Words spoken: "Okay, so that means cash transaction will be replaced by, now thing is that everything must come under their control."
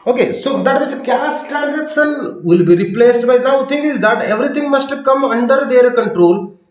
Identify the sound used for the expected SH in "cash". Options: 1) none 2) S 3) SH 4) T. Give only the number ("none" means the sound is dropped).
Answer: 2